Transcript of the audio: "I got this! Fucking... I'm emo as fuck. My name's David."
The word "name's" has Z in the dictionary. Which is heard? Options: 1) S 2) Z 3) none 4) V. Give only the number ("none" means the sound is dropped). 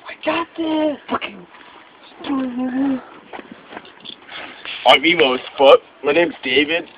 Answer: 3